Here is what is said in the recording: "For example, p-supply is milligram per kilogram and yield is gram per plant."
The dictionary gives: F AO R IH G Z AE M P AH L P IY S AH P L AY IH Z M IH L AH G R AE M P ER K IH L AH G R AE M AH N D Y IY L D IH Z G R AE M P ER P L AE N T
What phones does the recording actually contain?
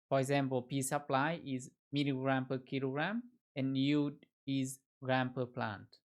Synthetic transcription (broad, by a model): F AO R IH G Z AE M P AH L P IY S AH P L AY IH Z M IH N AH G R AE M P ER K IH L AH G R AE M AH N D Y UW D IH Z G R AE M P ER P L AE N T